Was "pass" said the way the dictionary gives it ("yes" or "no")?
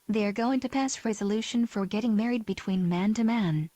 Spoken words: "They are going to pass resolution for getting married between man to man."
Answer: yes